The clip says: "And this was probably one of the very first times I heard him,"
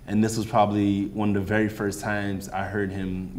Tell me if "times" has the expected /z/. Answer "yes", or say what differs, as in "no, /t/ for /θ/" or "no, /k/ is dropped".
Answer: yes